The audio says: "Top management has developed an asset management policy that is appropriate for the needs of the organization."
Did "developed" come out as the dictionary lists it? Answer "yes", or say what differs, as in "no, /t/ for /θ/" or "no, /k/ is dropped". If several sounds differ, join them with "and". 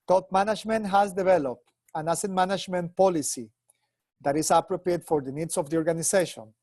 yes